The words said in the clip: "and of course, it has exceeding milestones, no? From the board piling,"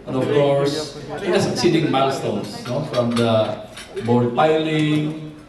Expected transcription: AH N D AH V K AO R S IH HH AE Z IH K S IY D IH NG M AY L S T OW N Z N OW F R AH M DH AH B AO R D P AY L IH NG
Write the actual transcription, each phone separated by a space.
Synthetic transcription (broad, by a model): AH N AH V K AO R S IH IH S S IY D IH NG M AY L S T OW N S N OW F R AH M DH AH B AO R D P AY L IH NG